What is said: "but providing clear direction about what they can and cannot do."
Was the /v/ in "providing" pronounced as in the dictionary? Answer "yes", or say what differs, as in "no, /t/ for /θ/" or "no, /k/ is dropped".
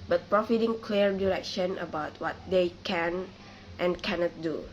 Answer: no, /f/ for /v/